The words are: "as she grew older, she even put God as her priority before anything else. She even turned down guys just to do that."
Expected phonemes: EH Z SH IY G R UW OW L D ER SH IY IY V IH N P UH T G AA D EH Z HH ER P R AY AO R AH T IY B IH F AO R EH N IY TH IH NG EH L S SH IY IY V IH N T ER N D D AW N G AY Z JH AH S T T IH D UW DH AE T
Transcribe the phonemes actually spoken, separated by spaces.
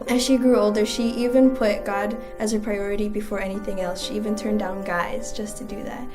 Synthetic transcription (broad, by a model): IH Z SH IY G R UW OW L D ER SH IY IY V IH N P UH T G AA D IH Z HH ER P R AY AO R AH T IY B IH F AO R EH N IY TH IH NG EH L S SH IY IY V IH N T ER N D D AW N G AY Z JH AH S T T IH D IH DH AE T